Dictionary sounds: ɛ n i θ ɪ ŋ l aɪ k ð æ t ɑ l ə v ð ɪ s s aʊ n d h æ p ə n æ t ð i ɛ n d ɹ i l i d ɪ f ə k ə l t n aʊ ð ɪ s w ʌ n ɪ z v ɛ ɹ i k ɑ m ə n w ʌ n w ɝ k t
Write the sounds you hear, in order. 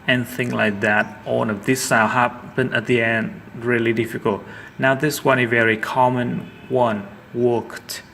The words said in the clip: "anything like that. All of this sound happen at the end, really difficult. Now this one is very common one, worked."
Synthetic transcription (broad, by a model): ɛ n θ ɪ ŋ l aɪ k ð æ t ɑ n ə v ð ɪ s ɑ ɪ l h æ p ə n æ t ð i ɛ n d ɹ i l i d ɪ f ə k ə l t n aʊ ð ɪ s w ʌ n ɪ v ɛ ɹ i k ɑ m ə n w ʌ n w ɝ k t